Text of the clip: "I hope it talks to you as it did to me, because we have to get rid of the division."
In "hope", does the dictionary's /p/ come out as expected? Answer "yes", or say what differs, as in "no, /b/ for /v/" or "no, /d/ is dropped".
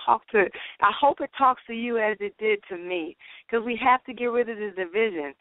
yes